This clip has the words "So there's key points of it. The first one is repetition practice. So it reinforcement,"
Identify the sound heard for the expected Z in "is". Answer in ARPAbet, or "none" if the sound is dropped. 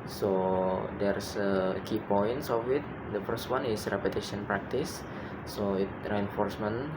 S